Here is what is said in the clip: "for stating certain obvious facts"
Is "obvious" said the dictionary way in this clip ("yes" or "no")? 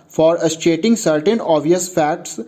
no